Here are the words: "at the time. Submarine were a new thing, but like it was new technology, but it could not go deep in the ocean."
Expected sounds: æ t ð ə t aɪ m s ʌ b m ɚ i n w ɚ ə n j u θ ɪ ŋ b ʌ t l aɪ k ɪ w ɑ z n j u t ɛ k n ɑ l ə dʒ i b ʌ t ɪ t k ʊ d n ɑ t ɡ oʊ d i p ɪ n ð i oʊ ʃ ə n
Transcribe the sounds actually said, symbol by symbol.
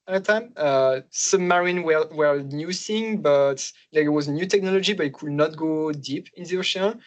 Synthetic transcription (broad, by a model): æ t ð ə t aɪ m s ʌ m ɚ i n w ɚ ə n j u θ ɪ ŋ b ʌ t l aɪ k ɪ w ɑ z n j u t ɛ k n ɑ l ə dʒ i b ʌ t ɪ t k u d n ɑ t ɡ oʊ d i p ɪ n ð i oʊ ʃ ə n